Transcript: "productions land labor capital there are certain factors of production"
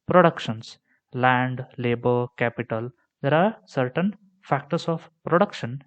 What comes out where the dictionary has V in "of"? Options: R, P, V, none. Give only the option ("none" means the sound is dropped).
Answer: P